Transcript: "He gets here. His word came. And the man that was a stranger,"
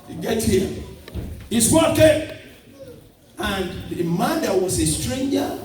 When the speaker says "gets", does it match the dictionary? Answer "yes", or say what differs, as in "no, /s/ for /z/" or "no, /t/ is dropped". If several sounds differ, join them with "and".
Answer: no, /s/ is dropped